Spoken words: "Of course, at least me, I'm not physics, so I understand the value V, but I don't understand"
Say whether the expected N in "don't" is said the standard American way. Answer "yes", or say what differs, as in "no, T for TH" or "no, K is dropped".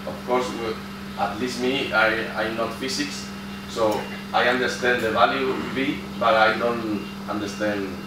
yes